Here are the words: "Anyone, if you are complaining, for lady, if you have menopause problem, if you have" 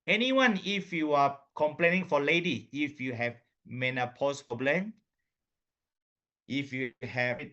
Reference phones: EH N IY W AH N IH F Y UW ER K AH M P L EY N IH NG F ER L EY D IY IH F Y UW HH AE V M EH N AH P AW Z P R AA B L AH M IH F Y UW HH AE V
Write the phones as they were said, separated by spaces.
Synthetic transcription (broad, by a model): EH N IY W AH N IH F Y UW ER K AH M P L EY N IH NG F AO L EY D IY IH F Y UW HH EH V M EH N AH P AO S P AA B L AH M IH F Y UW HH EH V